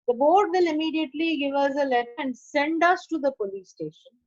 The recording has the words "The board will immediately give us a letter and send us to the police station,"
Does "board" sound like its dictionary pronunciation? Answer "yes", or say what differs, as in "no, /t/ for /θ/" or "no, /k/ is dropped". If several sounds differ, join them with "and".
yes